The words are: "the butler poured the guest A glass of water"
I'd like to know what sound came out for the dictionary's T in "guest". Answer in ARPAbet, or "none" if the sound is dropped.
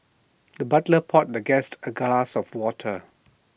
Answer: T